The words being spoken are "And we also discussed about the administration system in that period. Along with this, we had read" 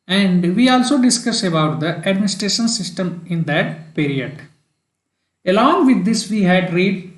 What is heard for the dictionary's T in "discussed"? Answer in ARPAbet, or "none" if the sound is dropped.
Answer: none